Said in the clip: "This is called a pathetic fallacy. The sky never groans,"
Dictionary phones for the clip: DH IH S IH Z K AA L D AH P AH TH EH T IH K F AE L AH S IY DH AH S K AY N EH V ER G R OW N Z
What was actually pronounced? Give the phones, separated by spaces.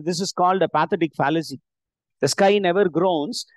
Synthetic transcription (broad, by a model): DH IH S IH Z K AA L D AH P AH T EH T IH K F AE L AH S IY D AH S K AY N EH V ER G R OW N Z